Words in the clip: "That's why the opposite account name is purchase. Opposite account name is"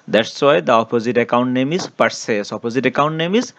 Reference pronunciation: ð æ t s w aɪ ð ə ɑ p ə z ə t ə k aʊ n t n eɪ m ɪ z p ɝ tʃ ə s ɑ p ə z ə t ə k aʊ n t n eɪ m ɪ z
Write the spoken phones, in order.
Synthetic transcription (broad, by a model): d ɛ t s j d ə ɑ p ə z ə t ə k aʊ n t n eɪ m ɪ s p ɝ s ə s ɑ p ə z ə t ə k aʊ n t n eɪ m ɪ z